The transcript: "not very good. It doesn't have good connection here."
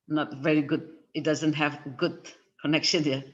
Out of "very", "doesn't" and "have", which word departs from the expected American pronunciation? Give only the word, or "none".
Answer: none